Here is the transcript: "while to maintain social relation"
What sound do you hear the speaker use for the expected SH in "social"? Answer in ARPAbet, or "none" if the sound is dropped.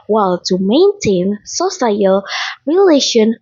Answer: S